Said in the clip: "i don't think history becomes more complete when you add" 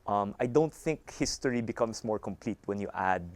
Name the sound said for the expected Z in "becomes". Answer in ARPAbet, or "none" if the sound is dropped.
S